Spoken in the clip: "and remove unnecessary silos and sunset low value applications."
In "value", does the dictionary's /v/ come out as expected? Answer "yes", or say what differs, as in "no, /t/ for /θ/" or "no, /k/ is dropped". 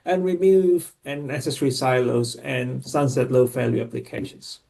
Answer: no, /f/ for /v/